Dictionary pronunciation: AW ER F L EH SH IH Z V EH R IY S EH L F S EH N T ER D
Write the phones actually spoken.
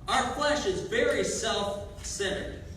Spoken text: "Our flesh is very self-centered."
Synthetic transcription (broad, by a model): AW ER F L EH SH IH Z V EH R IY S EH L F S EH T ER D